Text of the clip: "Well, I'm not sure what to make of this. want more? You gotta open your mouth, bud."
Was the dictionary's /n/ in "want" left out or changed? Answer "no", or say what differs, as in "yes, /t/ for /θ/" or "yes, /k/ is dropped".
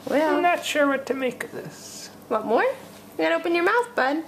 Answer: yes, /n/ is dropped